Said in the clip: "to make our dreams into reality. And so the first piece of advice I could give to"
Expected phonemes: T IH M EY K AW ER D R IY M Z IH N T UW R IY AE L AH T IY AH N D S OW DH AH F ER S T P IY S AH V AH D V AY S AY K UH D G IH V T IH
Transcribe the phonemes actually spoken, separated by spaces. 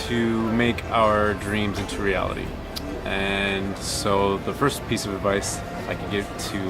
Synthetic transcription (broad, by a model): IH M EY K AW ER D R IY M Z IH N T UW R IY AE L AH T IY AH N S OW DH AH F ER S P IY S AH V AH D V AY S AY K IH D G IH V T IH